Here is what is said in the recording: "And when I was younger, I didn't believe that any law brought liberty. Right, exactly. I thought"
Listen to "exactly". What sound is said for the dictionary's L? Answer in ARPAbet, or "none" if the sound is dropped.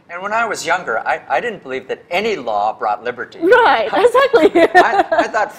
L